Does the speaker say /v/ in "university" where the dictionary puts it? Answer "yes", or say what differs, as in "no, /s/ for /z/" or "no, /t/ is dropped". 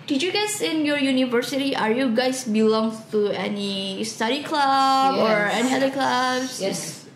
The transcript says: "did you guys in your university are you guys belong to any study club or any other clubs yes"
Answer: yes